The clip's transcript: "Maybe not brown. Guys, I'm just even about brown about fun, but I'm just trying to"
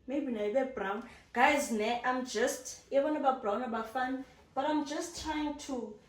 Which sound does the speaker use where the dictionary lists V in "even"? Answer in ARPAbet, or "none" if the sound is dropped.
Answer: B